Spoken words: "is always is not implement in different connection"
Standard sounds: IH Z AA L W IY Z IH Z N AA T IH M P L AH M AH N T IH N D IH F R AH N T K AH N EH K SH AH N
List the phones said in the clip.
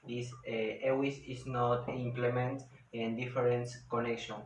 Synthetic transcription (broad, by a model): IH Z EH W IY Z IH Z N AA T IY M P L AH M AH N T IH N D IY F R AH N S K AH N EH K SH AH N